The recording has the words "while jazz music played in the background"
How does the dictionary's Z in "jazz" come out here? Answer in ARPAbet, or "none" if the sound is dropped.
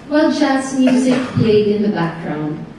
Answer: S